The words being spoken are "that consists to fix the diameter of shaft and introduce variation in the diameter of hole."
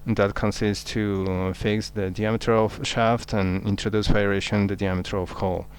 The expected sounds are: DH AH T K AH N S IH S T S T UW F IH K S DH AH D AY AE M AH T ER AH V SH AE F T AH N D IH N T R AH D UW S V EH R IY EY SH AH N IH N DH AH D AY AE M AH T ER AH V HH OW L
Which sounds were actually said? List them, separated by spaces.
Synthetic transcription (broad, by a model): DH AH T K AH N S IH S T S T UW F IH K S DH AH D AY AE M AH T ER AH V SH AE F T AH N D IH N T R AH D UW S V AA IY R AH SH IH N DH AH D AY AE M AH T ER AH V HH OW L